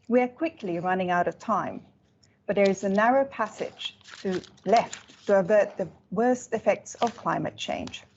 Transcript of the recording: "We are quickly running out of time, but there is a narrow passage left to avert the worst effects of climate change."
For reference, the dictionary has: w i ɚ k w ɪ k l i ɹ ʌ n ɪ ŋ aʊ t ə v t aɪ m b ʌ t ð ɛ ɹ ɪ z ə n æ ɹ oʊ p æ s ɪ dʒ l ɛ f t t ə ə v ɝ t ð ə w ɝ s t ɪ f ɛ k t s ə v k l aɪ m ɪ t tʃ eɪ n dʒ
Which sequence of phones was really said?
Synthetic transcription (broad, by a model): w i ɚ k w ɪ k l i ɹ ʌ n ɪ ŋ aʊ t ə v t aɪ m b ʌ t ð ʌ ɹ ɪ z ə n æ ɹ oʊ p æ s ɪ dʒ l ɛ f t t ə ə v ɝ t ð ə w ɝ s t ɪ f ɛ k t s ə v k l aɪ m ɪ t tʃ eɪ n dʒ